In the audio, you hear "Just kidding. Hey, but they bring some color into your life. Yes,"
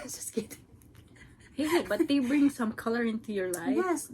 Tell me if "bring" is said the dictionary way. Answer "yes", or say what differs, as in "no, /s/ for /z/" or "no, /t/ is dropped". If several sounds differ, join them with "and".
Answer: yes